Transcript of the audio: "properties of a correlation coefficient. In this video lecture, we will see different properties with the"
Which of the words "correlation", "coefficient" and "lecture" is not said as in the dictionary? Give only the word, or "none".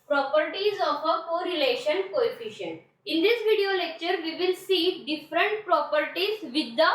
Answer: none